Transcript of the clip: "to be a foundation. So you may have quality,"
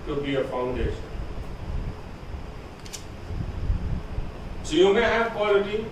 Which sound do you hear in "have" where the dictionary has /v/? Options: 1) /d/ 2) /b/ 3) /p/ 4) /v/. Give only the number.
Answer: 3